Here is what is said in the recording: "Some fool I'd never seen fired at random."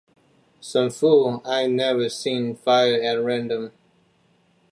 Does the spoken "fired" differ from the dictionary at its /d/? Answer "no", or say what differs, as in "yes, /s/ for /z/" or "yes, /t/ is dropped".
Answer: yes, /d/ is dropped